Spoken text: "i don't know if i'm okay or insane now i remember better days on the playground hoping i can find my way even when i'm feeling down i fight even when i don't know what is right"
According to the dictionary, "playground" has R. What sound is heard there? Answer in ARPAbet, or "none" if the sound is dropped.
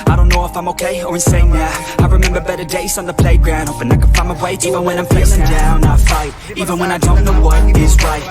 R